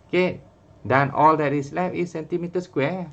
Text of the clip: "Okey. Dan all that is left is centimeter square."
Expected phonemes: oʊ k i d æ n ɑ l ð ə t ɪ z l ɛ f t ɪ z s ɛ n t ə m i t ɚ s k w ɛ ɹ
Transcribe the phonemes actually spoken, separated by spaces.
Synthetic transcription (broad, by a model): k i d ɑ n ɑ l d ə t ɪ s l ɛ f ɪ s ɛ n t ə m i t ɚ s k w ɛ